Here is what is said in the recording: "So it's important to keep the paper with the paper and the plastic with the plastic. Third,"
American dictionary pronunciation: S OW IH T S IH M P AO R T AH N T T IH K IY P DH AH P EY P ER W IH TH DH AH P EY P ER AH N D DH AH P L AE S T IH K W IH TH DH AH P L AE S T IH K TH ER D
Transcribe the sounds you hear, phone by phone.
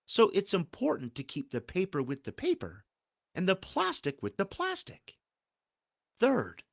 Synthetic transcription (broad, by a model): S OW IH T S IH M P AO R T N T T IH K IY P DH AH P EY P ER W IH DH AH P EY P ER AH N DH AH P L AE S T IH K W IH DH AH P L AE S T IH K TH ER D